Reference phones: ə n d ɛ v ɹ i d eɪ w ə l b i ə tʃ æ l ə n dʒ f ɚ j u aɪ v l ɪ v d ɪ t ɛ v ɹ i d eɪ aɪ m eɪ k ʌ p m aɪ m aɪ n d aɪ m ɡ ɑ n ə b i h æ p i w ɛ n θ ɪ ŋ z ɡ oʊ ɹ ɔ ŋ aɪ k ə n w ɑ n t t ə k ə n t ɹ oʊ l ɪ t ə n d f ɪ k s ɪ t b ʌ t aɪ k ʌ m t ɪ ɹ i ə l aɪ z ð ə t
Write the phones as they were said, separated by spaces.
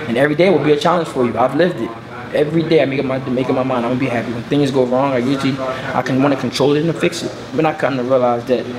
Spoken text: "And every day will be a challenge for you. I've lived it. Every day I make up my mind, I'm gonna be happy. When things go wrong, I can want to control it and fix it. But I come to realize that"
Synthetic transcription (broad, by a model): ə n ɛ v ɹ i d eɪ w ə l b i ə tʃ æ l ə n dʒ f ɚ j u aɪ v l ɪ v d ɪ t ɛ v ɹ i d eɪ aɪ m eɪ k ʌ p m aɪ m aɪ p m aɪ m ɑ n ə b i h æ p i w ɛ n θ ɪ ŋ z ɡ oʊ ɹ ɔ ŋ aɪ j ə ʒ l ɑ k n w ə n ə n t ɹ oʊ l ɪ t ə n f ɪ k s ɪ t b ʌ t aɪ k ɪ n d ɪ ɹ i ə l aɪ z ð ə t